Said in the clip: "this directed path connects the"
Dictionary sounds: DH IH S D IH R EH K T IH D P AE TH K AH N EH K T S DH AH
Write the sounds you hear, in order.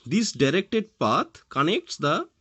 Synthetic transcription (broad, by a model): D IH S D IH R EH K T IH D P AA T K AH N EH K T S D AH